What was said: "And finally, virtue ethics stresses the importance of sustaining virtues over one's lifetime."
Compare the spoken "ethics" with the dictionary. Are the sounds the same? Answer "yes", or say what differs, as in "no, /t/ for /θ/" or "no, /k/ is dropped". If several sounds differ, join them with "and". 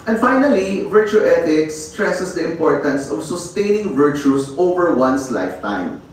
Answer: no, /t/ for /θ/